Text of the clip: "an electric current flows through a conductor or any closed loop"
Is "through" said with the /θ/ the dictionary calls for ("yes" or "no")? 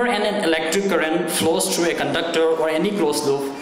no